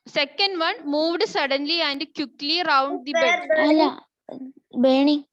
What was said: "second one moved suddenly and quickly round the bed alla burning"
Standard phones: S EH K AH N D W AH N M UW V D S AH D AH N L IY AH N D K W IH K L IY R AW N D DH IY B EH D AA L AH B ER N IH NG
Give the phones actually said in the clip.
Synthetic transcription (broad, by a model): S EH K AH N D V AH N M UW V D S AH D AH N L IY AH N D K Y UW K L IY R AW N D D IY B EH AA L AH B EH N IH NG